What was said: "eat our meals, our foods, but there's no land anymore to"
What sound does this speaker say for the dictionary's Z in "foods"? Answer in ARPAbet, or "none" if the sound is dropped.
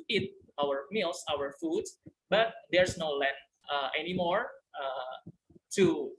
none